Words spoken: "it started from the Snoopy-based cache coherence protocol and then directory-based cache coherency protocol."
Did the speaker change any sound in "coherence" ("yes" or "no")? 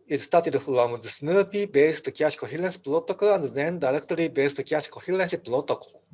yes